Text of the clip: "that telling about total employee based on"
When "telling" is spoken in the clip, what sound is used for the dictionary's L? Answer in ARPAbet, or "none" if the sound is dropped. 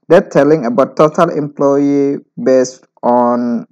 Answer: L